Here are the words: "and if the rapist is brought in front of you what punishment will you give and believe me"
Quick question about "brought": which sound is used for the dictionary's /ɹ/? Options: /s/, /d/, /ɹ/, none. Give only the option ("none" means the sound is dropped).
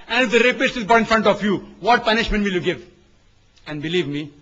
none